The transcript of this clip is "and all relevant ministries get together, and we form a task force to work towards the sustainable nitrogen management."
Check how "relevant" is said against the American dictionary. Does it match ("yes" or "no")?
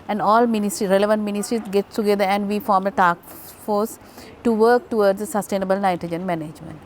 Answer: yes